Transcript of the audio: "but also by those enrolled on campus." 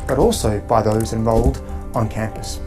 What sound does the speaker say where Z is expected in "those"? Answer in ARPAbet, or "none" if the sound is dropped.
Z